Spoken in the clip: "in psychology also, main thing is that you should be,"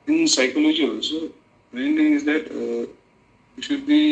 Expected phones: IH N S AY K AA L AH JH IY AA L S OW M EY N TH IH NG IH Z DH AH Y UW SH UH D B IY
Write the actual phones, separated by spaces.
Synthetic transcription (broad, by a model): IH N S AY K AA L AH JH IY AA S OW M EY N T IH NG IH Z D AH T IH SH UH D B IY